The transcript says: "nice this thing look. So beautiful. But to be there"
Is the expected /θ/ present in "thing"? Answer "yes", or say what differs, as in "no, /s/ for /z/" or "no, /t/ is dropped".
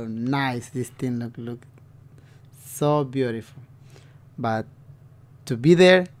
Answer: no, /t/ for /θ/